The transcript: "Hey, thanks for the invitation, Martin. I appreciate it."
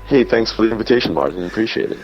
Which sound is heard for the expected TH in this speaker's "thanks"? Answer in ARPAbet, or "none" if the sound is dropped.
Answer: TH